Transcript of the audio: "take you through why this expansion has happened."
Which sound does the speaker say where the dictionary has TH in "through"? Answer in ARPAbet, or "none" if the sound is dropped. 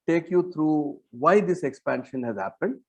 T